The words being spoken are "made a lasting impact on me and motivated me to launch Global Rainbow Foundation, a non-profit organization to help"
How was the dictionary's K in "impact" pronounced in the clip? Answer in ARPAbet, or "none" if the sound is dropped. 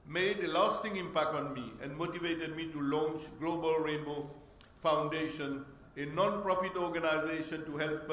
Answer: K